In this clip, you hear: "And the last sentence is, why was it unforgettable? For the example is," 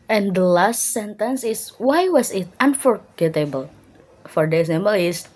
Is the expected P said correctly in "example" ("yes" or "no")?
no